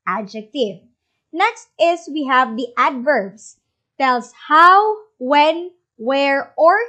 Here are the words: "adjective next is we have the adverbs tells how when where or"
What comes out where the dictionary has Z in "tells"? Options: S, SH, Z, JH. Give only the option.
S